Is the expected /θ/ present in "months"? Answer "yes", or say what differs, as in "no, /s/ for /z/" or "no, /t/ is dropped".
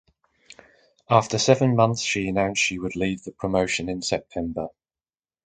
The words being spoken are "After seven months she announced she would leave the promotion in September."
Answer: yes